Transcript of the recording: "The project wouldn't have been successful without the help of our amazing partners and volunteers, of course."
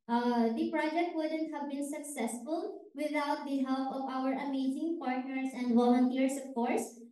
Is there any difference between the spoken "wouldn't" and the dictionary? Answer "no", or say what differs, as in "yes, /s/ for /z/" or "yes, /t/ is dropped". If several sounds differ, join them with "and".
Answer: no